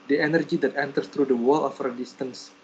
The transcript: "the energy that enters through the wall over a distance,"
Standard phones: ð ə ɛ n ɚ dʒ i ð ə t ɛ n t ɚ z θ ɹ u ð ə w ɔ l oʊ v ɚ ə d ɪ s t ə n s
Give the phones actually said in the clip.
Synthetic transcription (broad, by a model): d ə ɛ n ɚ dʒ i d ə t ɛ n t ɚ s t ɹ u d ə w ɔ l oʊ f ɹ ə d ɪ s t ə n s